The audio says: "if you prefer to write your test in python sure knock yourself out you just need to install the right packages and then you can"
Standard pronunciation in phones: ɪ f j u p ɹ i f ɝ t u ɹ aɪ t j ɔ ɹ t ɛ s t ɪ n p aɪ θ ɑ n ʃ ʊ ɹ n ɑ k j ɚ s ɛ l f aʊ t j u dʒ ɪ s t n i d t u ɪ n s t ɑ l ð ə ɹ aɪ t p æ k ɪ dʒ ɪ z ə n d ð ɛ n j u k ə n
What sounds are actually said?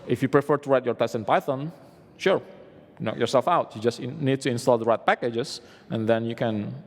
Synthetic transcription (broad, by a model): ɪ f j u p ɹ i f ɝ t u ɹ aɪ t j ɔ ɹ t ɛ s ɪ n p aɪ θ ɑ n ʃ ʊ ɹ n ɑ k j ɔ s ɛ l f aʊ t j u dʒ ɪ s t n i d t u ɪ n s t ɑ l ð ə ɹ aɪ t p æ k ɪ dʒ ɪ s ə n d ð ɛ n j u k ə n